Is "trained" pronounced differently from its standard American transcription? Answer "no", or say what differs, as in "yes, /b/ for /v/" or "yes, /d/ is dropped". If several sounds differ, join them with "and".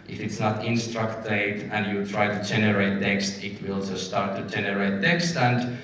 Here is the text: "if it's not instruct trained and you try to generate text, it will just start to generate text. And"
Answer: yes, /ɹ/ is dropped and /n/ is dropped